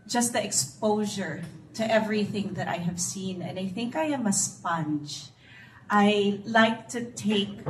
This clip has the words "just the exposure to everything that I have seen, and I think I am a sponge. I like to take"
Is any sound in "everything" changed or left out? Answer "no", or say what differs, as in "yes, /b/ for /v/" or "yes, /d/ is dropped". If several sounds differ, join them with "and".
no